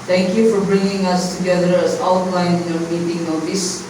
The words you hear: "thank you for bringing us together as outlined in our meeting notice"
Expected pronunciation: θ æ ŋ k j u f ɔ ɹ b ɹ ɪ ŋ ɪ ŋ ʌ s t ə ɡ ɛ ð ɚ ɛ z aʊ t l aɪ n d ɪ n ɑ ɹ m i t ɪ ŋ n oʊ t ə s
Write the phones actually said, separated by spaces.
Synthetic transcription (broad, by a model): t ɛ ŋ k j u f ɔ ɹ b ɹ ɪ ŋ ɪ ŋ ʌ s t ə ɡ ɛ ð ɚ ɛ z aʊ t l aɪ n ɪ n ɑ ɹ m i t ɪ ŋ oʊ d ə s